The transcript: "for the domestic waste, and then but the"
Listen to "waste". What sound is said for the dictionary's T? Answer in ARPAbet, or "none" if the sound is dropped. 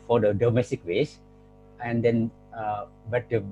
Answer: none